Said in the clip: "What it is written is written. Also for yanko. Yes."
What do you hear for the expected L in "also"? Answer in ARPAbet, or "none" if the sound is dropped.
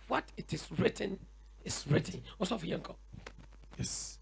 none